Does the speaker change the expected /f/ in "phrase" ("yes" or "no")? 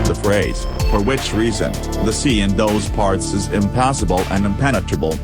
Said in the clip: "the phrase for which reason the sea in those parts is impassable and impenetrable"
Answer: no